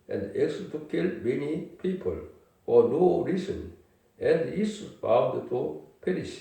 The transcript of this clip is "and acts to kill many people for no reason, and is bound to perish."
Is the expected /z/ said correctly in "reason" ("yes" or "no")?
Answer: no